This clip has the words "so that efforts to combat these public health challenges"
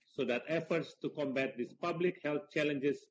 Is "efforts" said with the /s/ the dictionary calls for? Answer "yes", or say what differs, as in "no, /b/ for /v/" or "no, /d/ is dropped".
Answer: yes